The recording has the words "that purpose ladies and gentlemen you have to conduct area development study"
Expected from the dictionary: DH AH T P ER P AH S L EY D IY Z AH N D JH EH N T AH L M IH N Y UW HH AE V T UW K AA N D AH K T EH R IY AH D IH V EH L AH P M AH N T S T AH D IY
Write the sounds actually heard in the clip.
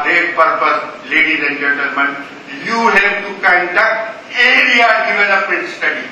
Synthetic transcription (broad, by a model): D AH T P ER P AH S L EY D IY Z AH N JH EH N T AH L M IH N Y UW HH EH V T UW K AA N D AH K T EH R IY AH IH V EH N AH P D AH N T S T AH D IY